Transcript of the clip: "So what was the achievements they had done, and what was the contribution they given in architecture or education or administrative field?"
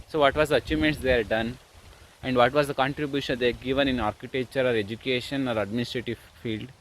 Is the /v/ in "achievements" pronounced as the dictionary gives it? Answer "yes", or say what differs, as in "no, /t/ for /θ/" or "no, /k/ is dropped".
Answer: no, /v/ is dropped